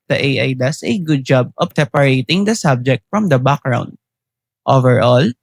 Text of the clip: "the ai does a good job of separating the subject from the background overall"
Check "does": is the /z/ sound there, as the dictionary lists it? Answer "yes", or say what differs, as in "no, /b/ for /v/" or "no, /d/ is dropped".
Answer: no, /s/ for /z/